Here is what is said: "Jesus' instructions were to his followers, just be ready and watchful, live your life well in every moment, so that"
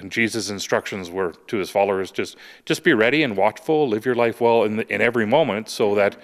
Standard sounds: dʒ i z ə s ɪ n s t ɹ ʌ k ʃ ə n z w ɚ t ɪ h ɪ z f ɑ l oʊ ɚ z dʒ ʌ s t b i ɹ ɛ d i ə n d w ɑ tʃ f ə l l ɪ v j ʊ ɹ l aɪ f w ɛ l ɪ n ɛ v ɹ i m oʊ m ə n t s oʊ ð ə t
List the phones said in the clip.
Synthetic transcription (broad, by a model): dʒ i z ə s ɪ n s t ɹ ʌ k ʃ ə n z w ɚ t ɪ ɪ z f ɑ l oʊ ɚ z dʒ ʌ s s b i ɹ ɛ d i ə n w ɑ tʃ f l l ɪ v j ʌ ɹ l aɪ f w ɛ l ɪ n ɛ v ɹ i m oʊ m ə n t s oʊ ð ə t